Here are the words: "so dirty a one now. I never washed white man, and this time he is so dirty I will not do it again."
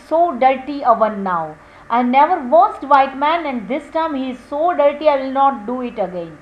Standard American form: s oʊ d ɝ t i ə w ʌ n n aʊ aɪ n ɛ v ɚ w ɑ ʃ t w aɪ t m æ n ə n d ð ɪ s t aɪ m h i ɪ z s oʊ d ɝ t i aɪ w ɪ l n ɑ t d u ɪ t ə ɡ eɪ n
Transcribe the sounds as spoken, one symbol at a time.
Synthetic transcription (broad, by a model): s oʊ d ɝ t i ə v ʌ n n aʊ aɪ n ɛ v ɚ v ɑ s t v aɪ t m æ n ə n d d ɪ s t aɪ m h i ɪ z s oʊ d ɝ t i aɪ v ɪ l n ɑ t d u ɪ t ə ɡ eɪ n